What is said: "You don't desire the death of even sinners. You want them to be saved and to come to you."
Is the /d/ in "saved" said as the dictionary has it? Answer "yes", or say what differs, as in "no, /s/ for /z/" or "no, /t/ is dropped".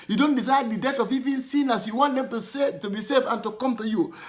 no, /d/ is dropped